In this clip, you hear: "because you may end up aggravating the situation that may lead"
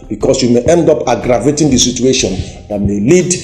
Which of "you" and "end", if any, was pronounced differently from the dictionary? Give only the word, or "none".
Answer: none